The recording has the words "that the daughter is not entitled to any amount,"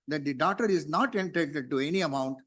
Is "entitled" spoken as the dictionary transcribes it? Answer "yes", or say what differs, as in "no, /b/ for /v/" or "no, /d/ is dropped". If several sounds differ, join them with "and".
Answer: no, /l/ is dropped